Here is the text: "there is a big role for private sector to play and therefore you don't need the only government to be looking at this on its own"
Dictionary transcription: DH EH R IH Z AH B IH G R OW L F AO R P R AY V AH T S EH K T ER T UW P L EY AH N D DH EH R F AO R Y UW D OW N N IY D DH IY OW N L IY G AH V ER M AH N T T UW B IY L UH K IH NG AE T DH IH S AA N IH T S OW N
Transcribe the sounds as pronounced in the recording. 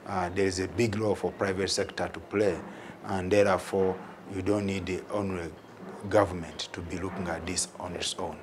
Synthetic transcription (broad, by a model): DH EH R IH Z AH B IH G L OW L F AO R P R AY V AH T S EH K T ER T UW P L EY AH N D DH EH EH F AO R Y UW D OW N N IY D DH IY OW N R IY G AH V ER M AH N T T UW B IY L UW K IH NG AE T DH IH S AA N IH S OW N